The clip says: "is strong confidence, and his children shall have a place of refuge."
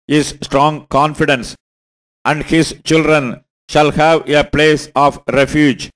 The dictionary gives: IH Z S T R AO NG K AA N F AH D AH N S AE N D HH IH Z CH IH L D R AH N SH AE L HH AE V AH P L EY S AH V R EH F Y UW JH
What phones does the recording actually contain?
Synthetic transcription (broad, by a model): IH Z S T R AO NG K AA N F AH D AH N S AE N D HH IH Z CH IH L D R AH N SH AE L HH AE V AH P L EY S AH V R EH F Y UW JH